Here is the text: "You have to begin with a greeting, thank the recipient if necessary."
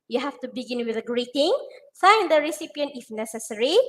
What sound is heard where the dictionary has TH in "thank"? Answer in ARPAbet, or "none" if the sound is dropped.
F